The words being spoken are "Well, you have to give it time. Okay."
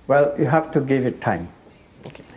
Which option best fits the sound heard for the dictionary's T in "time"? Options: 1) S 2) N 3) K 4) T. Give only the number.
4